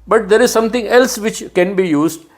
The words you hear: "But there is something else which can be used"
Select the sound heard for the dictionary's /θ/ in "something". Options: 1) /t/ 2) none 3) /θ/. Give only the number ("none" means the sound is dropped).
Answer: 1